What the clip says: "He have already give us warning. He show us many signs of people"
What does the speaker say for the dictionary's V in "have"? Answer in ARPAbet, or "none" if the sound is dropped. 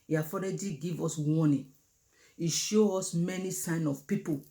F